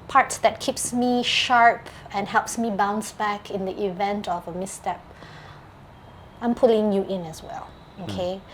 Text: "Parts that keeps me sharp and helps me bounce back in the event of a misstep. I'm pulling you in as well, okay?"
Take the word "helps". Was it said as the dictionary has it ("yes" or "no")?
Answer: yes